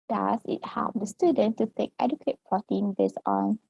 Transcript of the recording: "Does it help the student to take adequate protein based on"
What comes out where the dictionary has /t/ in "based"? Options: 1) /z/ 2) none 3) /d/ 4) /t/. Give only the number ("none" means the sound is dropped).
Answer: 2